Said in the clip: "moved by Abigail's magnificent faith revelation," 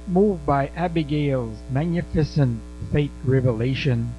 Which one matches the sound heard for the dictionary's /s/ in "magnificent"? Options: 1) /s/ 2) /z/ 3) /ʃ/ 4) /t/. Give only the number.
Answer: 1